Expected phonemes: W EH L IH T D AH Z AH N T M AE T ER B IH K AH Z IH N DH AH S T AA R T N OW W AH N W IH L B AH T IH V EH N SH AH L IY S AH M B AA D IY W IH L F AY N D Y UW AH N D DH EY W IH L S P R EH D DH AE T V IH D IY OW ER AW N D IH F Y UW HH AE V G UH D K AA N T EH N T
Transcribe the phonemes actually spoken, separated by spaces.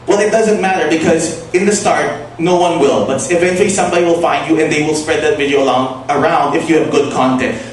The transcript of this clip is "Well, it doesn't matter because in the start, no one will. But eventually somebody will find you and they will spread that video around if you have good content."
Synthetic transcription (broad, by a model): W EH L IH T D AH Z AH N T M AE T ER B IH K AH Z IH N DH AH S T AA R T N OW W AH N W IH L B AH T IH V EH N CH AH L IY S AH M B AA D IY W IH L F AY N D Y UW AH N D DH EY W IH L S P R EH D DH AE T V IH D IY OW ER AW N D IH F Y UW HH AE V G UH D K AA N T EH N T